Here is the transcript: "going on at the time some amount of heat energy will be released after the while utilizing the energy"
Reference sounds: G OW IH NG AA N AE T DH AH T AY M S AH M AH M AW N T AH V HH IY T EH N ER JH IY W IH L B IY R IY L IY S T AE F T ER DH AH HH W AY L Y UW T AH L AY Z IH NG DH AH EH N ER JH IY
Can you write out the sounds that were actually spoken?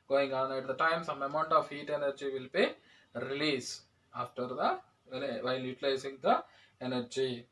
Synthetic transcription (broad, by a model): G OW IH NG AA N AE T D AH T AY M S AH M AH M AW N T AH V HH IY T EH N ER JH IY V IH L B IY R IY L IY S AA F T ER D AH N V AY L Y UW T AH L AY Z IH NG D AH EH N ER JH IY